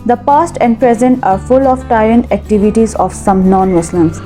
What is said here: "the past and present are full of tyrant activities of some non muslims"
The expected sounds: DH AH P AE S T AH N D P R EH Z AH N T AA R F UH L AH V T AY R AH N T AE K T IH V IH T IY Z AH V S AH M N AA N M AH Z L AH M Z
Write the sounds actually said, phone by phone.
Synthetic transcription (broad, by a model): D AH P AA S T AH N D P R EH Z AH N T AA R F UH L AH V T AY R AH N T AE K T IH V IH T IY Z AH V S AH M N AA N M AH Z L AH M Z